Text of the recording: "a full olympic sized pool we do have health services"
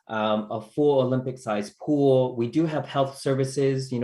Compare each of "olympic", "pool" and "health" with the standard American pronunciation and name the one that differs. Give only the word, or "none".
none